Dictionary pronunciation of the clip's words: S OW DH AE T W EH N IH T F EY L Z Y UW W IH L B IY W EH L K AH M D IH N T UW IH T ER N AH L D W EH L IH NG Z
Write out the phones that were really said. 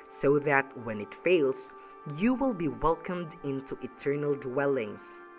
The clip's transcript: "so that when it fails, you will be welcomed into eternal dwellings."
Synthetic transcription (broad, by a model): S OW DH AE T W EH N IH T F EY L S Y UW W IH L B IY W EH L K AH M D IH N T UW IH T ER N AH L D W EH L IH NG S